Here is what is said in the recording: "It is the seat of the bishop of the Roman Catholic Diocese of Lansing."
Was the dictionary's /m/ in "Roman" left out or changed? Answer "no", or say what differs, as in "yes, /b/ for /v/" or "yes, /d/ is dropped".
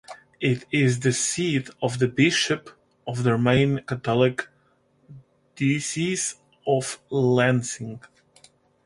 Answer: yes, /m/ is dropped